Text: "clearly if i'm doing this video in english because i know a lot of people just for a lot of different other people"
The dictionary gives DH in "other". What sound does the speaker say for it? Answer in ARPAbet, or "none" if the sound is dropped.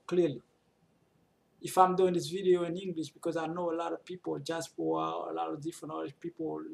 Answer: none